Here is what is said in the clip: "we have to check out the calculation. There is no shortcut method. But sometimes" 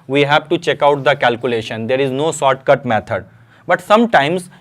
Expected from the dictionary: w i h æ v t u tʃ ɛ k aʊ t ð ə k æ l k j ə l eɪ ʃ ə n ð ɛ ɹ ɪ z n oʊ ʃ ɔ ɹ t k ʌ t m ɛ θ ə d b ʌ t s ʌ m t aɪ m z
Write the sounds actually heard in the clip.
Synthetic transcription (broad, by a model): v i h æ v t u tʃ ɛ k aʊ t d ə k æ l k j ə l eɪ ʃ ə n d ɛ ɹ ɪ z n oʊ s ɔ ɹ t k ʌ t m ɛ t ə d b ʌ t s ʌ m t aɪ m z